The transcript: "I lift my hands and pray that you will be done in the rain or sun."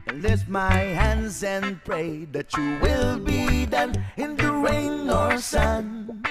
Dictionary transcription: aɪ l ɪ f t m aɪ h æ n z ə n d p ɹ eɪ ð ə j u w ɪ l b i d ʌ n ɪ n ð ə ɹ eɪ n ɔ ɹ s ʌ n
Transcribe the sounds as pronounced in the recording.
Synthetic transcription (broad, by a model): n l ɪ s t m aɪ h æ n z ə n p ɹ eɪ ð ə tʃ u w ɪ l b i d ʌ n ɪ n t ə ɹ eɪ n ɔ ɹ s ʌ n